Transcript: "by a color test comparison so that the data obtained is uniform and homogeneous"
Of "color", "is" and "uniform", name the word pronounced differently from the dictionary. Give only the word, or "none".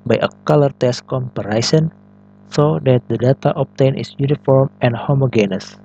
is